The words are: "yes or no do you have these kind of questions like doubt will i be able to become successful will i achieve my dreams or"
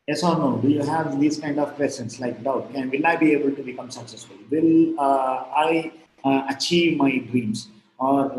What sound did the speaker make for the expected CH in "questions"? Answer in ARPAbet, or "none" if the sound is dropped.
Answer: none